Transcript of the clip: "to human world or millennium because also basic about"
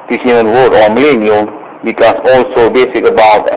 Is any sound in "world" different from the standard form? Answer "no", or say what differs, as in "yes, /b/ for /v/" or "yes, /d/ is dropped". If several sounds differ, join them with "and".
yes, /l/ is dropped